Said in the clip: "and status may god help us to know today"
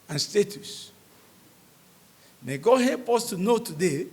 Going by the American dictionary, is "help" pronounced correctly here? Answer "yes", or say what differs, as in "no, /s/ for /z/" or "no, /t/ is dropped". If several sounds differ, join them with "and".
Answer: no, /l/ is dropped